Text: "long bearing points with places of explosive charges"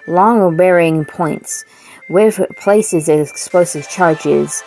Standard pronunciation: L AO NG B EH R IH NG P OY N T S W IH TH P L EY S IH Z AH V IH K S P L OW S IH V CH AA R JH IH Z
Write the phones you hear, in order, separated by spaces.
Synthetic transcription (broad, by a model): L AO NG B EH R IH NG P OY N T S W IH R P L EY S IH Z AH IH K S P L OW S IH V CH AA R JH IH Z